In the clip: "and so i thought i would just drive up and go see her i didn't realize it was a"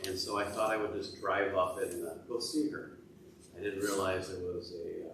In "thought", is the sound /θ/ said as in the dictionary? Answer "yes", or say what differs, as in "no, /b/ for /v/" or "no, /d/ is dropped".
yes